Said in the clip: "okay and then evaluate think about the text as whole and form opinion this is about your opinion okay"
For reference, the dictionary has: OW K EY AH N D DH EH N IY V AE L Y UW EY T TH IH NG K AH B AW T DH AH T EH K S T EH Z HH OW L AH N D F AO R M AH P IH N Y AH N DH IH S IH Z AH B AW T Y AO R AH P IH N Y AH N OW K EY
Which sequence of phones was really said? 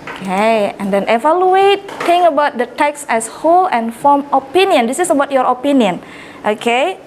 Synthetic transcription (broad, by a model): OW K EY AH N D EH N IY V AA L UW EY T T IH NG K AH B AW T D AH T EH K S EH S HH OW L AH N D F AO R M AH P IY N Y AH N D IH S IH S AH B AW T Y AO R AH P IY N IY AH N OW K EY